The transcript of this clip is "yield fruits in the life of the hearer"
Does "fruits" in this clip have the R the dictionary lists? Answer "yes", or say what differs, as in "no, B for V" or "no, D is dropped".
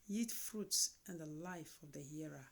yes